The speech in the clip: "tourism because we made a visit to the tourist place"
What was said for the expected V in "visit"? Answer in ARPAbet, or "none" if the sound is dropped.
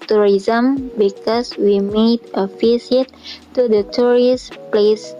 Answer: F